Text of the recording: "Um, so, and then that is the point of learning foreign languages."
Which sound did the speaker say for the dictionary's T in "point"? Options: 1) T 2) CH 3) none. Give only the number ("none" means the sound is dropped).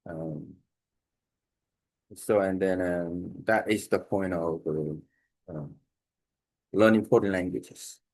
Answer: 1